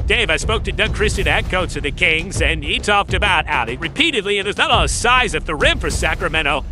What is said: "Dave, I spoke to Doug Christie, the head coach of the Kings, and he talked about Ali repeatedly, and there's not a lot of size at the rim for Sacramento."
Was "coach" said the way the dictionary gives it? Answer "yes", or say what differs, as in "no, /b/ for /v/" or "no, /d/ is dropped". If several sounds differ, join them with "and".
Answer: no, /s/ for /tʃ/